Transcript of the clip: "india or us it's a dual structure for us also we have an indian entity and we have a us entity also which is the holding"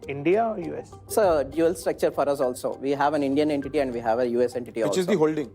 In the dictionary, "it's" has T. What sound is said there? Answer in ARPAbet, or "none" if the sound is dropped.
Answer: S